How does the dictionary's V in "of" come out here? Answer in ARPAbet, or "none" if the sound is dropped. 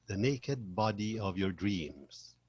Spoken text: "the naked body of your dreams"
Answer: V